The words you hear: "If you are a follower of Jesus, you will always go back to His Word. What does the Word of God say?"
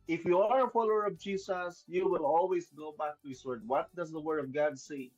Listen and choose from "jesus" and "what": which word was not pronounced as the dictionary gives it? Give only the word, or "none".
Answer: jesus